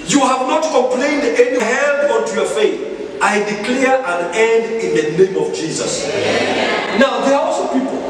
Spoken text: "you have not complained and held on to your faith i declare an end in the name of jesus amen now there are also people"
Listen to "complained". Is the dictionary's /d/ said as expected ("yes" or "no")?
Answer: yes